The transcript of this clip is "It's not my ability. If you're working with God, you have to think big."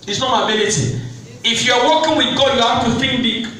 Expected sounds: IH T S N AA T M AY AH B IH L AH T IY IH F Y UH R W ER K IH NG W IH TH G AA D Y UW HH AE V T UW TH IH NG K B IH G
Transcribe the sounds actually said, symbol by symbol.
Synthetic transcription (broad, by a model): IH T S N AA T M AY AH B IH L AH T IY IH F Y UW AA W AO K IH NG W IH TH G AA Y UW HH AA F T UW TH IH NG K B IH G